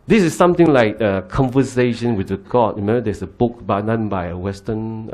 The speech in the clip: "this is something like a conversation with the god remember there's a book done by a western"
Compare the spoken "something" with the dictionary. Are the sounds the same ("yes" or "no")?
no